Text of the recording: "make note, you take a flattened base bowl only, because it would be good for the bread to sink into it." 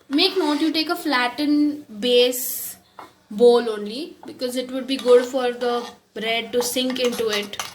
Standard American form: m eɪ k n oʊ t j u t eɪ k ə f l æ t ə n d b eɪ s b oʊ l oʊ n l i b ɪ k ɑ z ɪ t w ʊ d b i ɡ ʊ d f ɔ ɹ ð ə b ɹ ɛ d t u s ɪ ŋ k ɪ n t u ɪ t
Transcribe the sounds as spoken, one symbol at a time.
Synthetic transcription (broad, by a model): m eɪ k n oʊ t j u t eɪ k ə f l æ t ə n b eɪ s b oʊ l oʊ n l i b ɪ k ɑ z ɪ t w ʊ d b i ɡ ʊ d f ɔ ɹ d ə b ɹ ɛ d t u s ɪ ŋ k ɪ n t u ɪ t